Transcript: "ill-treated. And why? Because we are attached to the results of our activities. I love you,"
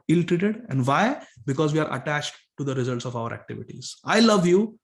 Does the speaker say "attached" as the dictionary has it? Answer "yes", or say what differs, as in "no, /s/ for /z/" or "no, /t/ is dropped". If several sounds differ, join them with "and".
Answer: yes